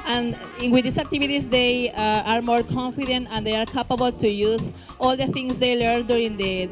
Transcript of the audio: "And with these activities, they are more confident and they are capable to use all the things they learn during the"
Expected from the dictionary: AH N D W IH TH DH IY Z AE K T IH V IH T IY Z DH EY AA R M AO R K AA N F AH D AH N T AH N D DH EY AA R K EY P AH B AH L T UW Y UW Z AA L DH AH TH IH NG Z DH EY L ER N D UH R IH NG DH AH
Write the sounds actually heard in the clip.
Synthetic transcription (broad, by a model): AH N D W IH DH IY S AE K T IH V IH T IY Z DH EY AA R M AO R K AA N F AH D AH N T AH N D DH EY AA R K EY P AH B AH L T UW Y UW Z AA L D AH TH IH NG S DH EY L ER N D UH R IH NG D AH